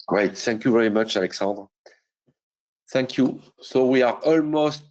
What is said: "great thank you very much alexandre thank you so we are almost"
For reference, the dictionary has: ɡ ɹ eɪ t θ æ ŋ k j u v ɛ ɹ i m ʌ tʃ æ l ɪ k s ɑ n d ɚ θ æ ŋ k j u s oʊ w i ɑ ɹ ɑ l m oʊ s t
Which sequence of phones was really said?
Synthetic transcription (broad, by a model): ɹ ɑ t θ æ ŋ k j u v ɛ ɹ i m ʌ tʃ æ l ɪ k s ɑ n d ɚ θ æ ŋ k j u s oʊ w i ɑ ɹ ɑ l m oʊ s t